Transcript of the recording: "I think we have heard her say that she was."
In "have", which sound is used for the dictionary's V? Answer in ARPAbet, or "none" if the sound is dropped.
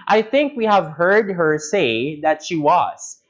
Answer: V